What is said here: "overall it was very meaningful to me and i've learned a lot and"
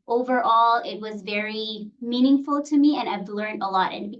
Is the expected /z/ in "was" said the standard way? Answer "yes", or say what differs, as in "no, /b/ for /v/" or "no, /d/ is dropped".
yes